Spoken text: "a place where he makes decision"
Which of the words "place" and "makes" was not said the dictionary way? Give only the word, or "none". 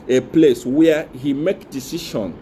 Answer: makes